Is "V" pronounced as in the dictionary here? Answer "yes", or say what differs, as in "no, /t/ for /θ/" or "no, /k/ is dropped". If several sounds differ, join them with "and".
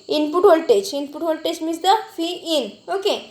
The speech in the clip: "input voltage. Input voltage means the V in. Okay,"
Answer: no, /f/ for /v/